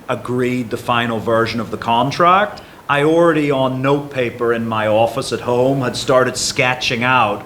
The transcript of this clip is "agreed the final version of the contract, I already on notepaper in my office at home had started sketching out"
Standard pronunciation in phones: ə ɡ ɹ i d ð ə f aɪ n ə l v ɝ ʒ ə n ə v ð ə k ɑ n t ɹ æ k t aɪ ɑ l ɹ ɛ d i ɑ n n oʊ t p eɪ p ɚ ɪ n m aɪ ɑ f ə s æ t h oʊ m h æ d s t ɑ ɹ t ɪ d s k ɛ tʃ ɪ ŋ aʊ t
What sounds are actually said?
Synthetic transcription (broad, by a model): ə ɡ ɹ i d ð ə f aɪ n l v ɝ ʒ ə n ə v ð ə k ɑ n t ɹ æ k t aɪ ɑ l ɹ ɛ d i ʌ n n oʊ t p eɪ p ɚ ɪ n m aɪ ɑ f ə s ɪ t h oʊ m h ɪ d s t ɑ ɹ t ɪ d s k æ tʃ ɪ ŋ aʊ t